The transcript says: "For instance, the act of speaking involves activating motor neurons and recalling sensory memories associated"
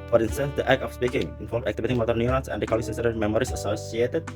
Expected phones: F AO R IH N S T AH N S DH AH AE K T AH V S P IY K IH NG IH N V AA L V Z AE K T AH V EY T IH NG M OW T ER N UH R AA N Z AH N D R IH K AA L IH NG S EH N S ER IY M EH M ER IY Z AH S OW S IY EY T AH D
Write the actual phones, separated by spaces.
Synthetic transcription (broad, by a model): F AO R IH N S T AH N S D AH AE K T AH F S P IY K IH NG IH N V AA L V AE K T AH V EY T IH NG M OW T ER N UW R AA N S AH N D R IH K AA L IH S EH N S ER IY M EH M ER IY S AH S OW S IY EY T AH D